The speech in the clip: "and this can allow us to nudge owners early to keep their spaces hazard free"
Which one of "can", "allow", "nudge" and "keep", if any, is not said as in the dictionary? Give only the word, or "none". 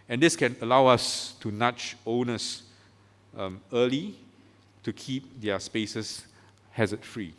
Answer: nudge